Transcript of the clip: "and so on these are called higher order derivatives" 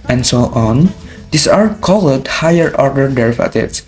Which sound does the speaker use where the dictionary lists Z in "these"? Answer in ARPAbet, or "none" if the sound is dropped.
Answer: S